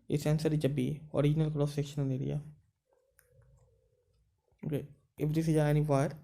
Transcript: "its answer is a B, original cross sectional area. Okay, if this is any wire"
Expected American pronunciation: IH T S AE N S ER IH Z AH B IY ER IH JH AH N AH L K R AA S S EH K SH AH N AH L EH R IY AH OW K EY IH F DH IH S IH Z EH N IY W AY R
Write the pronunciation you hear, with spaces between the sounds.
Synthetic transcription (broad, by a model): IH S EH N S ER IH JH AH B IY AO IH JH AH N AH L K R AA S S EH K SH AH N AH N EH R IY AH OW K EY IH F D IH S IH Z EH N IY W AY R